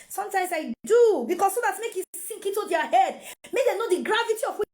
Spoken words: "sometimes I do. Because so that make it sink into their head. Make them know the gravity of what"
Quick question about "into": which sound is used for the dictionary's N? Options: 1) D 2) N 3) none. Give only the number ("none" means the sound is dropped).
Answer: 3